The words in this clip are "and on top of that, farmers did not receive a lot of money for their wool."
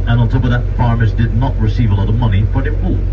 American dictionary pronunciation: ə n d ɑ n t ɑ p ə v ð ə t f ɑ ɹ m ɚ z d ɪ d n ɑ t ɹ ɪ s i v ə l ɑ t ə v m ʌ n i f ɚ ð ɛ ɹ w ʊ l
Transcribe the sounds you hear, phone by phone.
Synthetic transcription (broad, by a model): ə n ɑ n t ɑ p ə v ð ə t f ɑ ɹ m ɚ z d ɪ d n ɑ t ɹ ɪ s i v ə l ɑ t ə v m ʌ n i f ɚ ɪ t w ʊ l